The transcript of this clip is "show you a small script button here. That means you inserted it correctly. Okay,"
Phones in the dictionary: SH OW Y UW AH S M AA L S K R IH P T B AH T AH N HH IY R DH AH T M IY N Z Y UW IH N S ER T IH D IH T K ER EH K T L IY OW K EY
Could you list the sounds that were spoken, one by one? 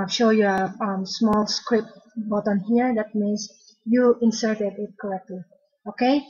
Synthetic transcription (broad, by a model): SH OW Y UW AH S M AA L S K R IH P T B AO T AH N HH IY R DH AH T M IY N S Y UW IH N S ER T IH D IH T K ER EH K T L IY OW K EY